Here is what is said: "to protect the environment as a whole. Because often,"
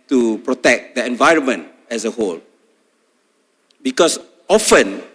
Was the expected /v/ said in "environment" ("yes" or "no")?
yes